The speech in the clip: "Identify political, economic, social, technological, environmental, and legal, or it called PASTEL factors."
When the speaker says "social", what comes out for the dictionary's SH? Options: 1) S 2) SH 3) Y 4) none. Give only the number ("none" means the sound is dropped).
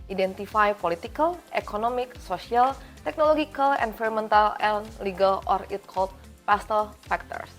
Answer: 1